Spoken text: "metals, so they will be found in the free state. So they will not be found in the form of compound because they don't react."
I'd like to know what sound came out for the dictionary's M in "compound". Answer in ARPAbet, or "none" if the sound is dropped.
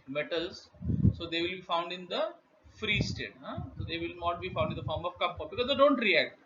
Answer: none